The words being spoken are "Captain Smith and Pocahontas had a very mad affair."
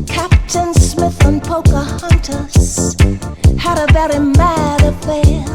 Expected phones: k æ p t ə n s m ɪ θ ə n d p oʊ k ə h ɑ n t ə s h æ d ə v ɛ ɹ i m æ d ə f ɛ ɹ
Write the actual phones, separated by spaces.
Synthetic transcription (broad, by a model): k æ p t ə n s m ɪ θ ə n p oʊ k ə h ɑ n t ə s h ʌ d ə v ɛ ɹ i m æ d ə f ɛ